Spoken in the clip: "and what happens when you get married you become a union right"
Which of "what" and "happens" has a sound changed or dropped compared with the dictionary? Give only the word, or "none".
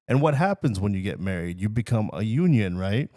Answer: none